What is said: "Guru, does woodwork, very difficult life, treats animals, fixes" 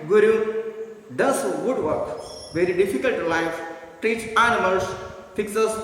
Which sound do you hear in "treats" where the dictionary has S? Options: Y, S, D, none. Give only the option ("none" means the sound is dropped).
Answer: none